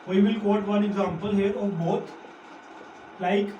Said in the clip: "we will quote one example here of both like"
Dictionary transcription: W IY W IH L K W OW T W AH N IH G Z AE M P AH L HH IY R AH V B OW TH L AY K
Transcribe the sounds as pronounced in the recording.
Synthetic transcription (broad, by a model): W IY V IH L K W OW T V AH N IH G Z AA M P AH L HH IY R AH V B OW T L AY K